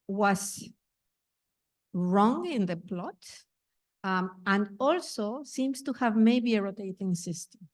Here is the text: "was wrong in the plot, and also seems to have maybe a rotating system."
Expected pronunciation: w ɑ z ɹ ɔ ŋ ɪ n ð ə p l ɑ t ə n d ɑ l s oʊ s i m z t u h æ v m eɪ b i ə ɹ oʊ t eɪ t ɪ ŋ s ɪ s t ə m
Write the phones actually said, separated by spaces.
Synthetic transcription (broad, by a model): w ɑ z ɹ ɔ ŋ ɪ n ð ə p l ɑ t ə n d ɑ l s oʊ s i m s t u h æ v m eɪ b i ə ɹ oʊ t eɪ t ɪ ŋ s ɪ s t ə m